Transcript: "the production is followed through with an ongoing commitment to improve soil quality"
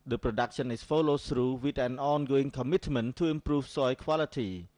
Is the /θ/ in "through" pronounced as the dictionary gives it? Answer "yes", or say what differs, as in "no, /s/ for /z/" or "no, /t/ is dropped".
no, /s/ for /θ/